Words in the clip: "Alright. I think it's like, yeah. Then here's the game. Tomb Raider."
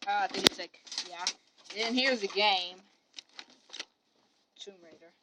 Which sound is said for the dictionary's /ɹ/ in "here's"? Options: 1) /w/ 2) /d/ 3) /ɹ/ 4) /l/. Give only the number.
3